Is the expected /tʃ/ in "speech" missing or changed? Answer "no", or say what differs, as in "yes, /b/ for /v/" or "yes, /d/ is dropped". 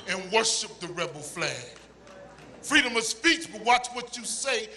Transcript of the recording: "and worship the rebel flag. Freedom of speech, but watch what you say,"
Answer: no